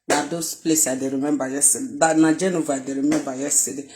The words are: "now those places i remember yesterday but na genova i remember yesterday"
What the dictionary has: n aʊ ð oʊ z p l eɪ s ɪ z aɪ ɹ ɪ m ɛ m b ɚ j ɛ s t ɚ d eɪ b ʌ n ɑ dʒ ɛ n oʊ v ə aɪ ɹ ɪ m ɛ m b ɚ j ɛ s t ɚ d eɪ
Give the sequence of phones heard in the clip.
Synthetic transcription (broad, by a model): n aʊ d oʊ s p l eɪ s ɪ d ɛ ɹ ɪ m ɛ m b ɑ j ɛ s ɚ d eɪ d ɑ n ɑ dʒ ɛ n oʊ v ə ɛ ɹ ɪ m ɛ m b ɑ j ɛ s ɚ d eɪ